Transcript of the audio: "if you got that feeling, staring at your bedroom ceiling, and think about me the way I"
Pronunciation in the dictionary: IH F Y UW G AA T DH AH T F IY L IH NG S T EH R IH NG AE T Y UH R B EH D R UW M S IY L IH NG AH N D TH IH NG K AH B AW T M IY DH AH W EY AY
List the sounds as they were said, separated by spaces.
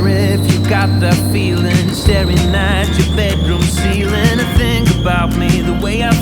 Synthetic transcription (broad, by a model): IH F Y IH G AA T DH AH T F IY L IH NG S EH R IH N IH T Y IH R B EH D R UW M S IY L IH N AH TH IH NG AH B AW T M IY DH AH W EY AY